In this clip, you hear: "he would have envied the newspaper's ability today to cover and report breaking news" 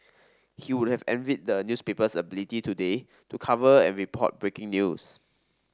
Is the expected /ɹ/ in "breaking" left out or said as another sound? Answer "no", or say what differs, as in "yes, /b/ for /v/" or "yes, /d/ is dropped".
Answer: no